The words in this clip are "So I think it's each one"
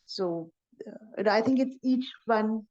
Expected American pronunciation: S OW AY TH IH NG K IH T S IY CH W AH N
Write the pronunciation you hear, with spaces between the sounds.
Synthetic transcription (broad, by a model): S OW AY TH IH NG K IH T S IY CH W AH N